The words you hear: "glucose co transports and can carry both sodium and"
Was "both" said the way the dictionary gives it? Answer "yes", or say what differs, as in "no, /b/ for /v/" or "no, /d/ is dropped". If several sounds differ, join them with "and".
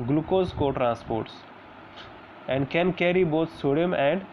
no, /t/ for /θ/